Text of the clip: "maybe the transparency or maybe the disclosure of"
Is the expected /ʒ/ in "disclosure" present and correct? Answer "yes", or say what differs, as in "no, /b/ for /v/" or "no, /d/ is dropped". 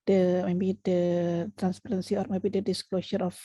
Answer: no, /s/ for /ʒ/